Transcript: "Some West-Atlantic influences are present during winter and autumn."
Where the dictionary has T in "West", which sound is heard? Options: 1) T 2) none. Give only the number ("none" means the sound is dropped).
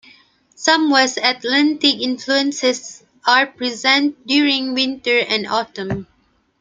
2